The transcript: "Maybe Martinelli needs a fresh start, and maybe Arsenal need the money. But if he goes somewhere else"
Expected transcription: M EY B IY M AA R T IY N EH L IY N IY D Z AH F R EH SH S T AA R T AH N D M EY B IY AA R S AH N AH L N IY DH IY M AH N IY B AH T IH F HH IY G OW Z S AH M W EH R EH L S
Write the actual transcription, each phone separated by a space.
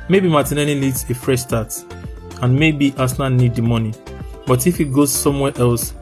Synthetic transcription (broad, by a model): M EY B IY M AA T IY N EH N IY L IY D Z AH F R EH SH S T AA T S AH N M EY B IY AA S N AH N IY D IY M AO N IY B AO T IH F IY G OW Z S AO M W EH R EH L S